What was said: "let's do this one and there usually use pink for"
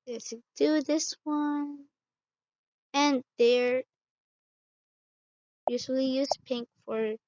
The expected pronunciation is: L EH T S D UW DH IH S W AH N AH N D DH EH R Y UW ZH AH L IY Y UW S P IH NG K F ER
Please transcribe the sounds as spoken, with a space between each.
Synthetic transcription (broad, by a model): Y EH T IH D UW DH IH S W AH N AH N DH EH R Y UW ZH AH L IY Y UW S P IH NG K F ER